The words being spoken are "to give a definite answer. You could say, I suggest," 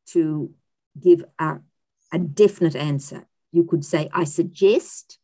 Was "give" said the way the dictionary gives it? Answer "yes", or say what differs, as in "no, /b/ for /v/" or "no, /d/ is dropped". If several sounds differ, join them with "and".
yes